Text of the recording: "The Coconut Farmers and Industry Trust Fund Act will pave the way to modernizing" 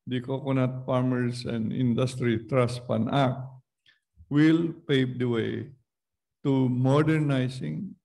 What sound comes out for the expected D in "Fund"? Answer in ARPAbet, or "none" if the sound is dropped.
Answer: none